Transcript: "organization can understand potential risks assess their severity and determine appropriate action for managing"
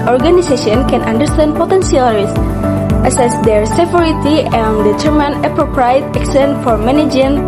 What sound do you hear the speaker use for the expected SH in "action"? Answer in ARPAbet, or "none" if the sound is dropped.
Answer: S